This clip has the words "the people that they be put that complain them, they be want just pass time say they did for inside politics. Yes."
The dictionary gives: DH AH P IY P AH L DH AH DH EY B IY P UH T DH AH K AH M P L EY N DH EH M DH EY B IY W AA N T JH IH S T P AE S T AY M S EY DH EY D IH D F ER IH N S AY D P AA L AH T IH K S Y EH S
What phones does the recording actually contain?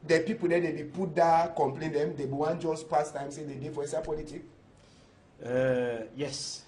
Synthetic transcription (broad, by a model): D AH P IY P AH L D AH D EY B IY P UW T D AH K AH M P L EY N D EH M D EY B IY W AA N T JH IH S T P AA S T AY M S EY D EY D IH F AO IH S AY P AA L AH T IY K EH Y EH S